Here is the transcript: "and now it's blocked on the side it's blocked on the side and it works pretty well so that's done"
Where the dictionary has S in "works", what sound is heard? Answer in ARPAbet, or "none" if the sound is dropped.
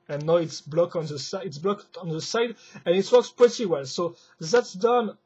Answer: S